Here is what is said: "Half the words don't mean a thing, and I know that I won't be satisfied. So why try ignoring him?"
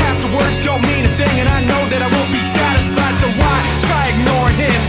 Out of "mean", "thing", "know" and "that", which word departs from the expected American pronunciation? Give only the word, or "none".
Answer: none